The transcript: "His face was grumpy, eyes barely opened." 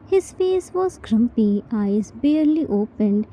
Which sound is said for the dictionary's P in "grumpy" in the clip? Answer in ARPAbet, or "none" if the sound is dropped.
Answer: P